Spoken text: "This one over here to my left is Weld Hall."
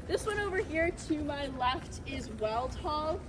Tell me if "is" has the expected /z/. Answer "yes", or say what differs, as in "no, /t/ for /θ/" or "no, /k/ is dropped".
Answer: yes